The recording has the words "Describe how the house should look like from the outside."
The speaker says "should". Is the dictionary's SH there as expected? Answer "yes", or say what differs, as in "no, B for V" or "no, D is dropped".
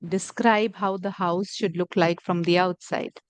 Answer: yes